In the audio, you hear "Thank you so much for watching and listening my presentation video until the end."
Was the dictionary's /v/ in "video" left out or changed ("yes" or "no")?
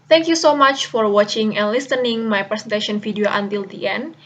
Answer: yes